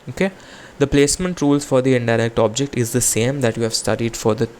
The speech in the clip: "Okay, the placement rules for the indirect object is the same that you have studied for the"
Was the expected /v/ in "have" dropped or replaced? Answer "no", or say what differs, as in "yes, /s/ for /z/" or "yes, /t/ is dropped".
no